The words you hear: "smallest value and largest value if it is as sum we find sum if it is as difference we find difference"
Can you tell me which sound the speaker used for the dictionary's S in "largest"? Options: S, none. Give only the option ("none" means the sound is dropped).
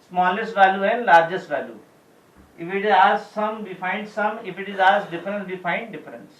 S